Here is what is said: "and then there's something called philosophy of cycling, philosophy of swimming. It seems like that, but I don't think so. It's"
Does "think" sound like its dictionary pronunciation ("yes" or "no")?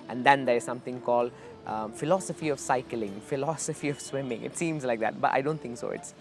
no